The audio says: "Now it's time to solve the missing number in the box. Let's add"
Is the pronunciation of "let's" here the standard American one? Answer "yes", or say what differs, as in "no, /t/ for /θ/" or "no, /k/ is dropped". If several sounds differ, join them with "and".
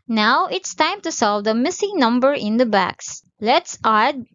yes